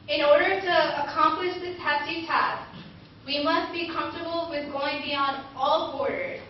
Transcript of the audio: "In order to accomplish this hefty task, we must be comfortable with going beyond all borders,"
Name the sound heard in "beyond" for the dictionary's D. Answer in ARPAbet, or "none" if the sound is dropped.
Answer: D